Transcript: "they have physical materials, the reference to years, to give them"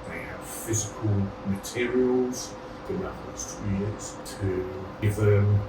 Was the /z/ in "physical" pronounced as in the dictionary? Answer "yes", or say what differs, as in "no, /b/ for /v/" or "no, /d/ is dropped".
yes